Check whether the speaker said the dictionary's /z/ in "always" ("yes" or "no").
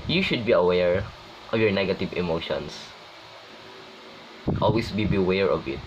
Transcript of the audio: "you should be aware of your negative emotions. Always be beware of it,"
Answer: no